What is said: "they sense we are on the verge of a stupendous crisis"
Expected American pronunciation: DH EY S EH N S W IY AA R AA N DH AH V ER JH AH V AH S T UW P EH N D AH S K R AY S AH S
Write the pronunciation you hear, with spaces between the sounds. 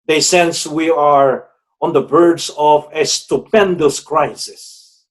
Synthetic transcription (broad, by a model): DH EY S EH N S W IY AA R AA N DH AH B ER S AH V AH S T UW P EH N D AH S K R AY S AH S